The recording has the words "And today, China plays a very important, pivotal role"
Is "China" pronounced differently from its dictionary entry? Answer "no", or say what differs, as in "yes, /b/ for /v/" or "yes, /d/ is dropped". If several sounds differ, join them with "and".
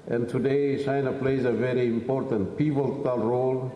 yes, /s/ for /tʃ/